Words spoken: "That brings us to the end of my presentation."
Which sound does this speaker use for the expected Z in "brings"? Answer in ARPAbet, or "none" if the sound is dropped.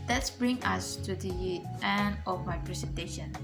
none